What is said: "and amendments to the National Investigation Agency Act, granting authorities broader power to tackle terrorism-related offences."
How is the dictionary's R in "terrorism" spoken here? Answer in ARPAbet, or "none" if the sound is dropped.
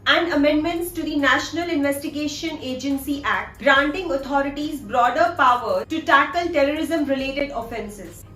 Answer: R